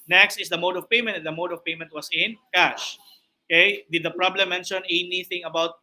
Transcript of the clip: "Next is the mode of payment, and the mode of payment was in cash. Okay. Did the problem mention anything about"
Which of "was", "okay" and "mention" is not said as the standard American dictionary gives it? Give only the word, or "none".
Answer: was